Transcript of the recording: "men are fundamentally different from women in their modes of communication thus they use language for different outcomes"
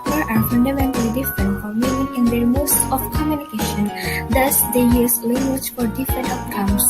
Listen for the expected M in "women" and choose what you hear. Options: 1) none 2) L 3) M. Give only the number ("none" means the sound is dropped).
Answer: 1